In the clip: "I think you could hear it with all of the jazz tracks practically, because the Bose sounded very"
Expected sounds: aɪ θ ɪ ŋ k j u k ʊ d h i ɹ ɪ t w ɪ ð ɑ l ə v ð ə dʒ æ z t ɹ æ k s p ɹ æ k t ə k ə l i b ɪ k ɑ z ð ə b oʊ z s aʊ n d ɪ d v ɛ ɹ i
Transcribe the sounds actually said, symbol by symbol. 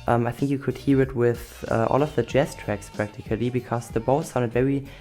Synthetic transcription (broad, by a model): aɪ θ ɪ ŋ k j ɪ k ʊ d h i ɹ ɪ t w ɪ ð ɑ l ə v ð ə dʒ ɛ s t ɹ æ k s p ɹ æ k t ə k ə l i b ɪ k ɑ z ð ə b oʊ s aʊ n d ɪ d v ɛ ɹ i